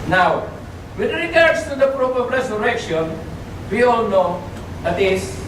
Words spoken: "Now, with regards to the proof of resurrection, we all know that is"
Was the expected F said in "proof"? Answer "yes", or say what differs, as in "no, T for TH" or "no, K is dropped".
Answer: no, P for F